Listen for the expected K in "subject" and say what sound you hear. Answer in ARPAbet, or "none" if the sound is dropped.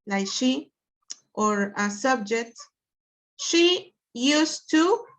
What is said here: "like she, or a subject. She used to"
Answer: K